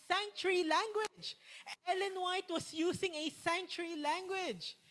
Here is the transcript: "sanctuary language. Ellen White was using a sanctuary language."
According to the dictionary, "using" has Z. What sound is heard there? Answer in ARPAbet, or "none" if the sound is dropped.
S